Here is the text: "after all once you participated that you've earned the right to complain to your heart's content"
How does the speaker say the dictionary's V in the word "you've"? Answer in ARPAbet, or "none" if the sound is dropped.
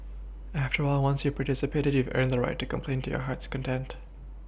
V